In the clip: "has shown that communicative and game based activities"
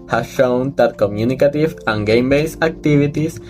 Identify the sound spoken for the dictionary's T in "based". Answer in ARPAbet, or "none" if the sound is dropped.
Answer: none